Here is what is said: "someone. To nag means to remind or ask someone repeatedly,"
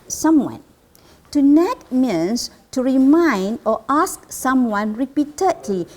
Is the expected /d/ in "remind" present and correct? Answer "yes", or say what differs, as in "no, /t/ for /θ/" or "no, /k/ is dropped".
yes